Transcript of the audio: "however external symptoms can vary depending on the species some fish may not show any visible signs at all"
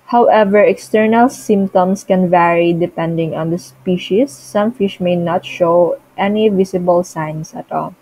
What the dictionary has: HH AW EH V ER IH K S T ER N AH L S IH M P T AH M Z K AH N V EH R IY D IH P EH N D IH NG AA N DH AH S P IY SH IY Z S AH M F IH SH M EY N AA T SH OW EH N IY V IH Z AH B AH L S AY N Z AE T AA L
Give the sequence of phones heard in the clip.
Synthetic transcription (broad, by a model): HH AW EH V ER IH K S T ER N AH L S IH M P T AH M S K AH N V EH R IY D IH P EH N D IH NG AA N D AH S P IY SH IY S AH M F IH SH M EY N AA T SH OW EH N IY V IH S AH B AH L S AY N S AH T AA L